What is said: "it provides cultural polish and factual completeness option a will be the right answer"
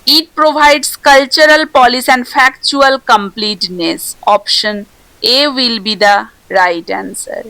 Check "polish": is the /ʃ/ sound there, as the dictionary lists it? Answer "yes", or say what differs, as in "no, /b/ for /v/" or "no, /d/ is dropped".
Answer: no, /s/ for /ʃ/